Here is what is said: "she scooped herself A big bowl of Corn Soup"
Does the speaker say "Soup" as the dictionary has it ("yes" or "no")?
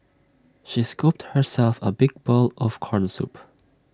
yes